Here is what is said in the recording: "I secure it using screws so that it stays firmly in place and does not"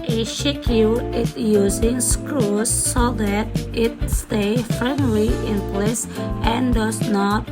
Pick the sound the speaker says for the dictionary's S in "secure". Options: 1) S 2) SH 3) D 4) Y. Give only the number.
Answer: 2